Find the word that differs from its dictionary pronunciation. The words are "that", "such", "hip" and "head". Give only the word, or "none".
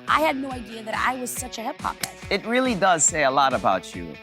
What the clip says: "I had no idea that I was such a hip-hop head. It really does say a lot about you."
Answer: head